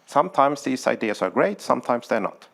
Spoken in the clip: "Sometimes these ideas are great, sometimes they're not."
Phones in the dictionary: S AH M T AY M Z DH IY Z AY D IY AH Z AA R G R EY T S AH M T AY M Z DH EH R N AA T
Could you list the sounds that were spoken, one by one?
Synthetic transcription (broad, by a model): S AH M T AY M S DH IY S AY D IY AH S AA R G R EY T S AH M T AY M S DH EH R N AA T